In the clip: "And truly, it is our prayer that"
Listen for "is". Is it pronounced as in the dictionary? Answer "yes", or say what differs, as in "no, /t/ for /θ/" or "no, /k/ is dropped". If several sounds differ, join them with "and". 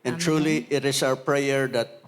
no, /s/ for /z/